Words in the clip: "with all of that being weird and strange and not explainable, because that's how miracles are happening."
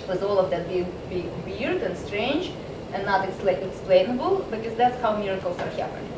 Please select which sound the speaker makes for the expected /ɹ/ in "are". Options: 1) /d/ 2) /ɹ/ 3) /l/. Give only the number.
2